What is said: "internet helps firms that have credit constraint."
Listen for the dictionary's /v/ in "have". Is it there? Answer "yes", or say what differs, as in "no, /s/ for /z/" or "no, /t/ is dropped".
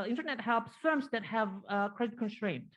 yes